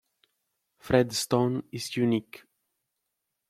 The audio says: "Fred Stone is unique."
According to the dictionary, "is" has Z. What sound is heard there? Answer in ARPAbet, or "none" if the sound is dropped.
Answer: S